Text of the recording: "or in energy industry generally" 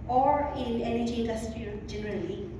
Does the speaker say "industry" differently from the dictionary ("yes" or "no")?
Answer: yes